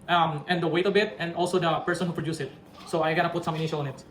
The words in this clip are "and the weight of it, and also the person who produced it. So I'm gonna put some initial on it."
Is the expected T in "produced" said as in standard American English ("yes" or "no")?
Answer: no